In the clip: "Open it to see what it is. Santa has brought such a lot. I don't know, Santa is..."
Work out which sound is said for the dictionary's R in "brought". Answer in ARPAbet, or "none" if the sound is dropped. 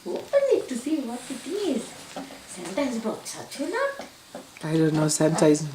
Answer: none